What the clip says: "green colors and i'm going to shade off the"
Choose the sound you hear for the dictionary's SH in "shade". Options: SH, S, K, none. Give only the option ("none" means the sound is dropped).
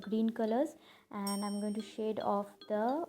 SH